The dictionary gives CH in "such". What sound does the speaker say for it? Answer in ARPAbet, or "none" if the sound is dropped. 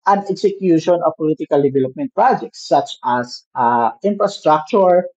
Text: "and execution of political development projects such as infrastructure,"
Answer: S